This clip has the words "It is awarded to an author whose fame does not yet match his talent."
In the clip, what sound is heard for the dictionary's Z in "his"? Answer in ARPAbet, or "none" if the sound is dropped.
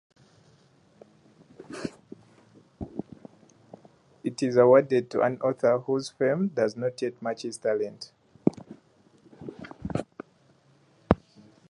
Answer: S